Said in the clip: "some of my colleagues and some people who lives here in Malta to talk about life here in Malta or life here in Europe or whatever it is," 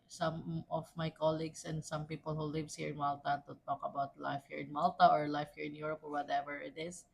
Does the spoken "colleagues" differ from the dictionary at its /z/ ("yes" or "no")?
yes